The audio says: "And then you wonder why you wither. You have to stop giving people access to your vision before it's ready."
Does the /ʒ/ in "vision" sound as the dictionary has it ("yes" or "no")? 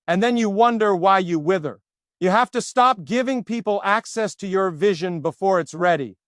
yes